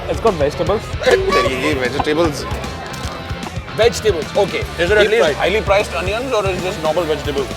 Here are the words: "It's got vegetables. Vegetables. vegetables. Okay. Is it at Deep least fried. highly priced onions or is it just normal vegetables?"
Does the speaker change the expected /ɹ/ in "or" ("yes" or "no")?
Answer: no